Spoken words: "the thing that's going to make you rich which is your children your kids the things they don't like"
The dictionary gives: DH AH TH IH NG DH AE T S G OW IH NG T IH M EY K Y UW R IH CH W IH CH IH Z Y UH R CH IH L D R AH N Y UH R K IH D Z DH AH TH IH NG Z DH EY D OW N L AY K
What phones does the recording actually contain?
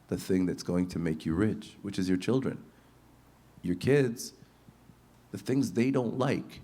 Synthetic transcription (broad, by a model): DH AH TH IH NG DH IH T S G OW IH NG T IH M EY K Y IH R IH CH W IH CH IH Z Y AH R CH IH L D R AH N Y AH R K IH D Z DH AH TH IH NG Z DH EY D OW N L AY K